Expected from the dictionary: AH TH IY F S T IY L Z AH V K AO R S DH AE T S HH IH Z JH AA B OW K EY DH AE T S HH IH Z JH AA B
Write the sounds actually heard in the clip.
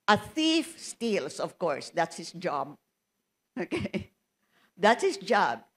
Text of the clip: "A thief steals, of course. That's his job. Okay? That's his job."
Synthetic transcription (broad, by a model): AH TH IY F S T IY L S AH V K AO R S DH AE T S HH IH S JH AA B OW K EY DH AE T S HH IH S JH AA B